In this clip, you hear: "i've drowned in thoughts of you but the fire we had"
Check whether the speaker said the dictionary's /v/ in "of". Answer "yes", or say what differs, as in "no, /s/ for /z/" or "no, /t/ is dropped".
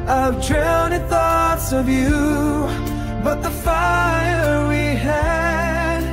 yes